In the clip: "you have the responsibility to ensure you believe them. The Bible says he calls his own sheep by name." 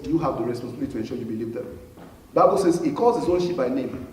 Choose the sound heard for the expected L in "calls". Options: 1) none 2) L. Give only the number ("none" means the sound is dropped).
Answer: 1